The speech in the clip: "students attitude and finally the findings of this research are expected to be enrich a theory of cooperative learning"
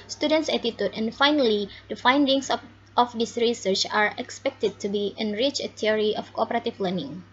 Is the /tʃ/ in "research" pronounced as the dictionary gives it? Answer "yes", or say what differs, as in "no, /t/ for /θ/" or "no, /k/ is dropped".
yes